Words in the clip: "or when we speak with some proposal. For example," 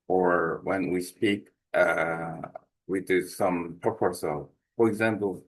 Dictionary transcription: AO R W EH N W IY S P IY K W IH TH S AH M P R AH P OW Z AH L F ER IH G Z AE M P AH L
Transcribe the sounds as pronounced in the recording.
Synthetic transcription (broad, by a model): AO R W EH N W IY S P IY K W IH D S AH M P AH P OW S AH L F ER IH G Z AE M P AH L